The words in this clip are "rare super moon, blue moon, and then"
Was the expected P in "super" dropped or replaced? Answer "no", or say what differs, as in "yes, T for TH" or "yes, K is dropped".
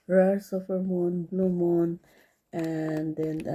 yes, F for P